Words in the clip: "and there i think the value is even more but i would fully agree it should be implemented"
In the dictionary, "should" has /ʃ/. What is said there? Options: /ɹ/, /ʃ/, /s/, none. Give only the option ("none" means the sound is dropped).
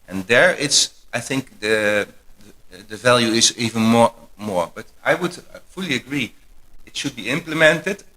/ʃ/